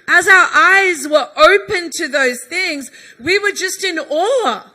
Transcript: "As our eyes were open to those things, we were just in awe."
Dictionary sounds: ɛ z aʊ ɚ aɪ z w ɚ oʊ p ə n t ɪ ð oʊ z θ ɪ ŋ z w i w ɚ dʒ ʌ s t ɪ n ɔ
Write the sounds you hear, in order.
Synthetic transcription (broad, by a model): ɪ z aʊ ɚ aɪ z w ɚ oʊ p ə n t ɪ ð oʊ z θ ɪ ŋ z w i w ɚ dʒ ʌ s t ɪ n ɔ